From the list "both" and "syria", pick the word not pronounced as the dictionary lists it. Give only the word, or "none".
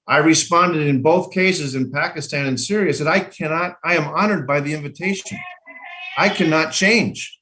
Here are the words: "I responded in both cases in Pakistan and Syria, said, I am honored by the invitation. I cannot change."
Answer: none